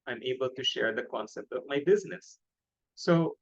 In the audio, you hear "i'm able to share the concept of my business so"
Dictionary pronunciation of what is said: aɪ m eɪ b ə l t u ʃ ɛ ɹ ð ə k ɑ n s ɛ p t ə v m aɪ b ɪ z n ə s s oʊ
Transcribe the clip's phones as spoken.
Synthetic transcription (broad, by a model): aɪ m eɪ b ə l t u ʃ ɛ ɹ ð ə k ɑ n s ɛ p t ə v m aɪ b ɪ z n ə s s oʊ